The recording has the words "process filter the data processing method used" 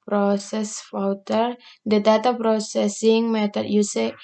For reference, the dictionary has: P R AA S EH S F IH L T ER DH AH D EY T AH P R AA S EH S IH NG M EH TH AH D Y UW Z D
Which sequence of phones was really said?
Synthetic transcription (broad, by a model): P R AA S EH S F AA W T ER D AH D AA T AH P R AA S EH S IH NG M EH T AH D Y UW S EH